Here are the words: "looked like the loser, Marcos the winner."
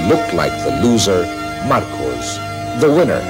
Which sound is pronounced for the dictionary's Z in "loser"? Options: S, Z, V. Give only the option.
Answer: Z